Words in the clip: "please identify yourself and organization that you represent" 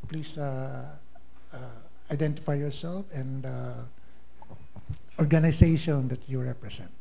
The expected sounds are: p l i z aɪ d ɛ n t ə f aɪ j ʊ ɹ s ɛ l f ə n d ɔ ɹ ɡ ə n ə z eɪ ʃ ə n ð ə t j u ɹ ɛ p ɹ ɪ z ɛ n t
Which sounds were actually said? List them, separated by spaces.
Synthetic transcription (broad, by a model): p l i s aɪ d ɛ n t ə f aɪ j ʊ ɹ s ɛ l f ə n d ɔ ɹ ɡ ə n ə s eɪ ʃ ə n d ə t j u ɹ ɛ p ɹ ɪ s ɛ n t